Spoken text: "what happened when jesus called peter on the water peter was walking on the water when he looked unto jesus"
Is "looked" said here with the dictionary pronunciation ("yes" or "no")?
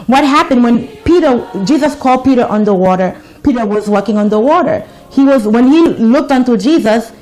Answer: yes